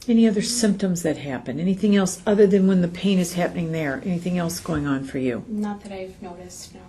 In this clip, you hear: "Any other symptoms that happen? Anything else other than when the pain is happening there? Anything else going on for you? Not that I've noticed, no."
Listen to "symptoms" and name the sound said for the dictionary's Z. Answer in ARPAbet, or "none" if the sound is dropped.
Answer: Z